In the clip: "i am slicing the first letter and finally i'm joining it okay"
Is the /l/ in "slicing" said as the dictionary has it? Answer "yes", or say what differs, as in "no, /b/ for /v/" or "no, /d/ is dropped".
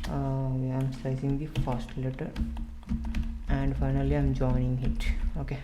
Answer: no, /l/ is dropped